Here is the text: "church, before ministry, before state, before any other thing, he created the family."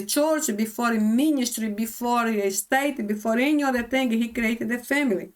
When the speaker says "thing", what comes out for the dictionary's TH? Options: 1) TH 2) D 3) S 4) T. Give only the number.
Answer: 4